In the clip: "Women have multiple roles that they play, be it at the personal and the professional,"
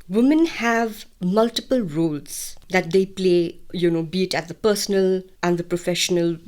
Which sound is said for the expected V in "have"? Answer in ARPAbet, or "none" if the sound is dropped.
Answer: V